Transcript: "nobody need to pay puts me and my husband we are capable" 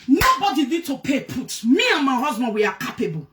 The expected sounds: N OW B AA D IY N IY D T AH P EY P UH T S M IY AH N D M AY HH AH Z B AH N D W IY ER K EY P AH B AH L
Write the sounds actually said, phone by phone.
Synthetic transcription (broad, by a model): N OW B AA D IY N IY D T AH P EY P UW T M IY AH N M AY HH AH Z B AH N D W IY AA K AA P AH B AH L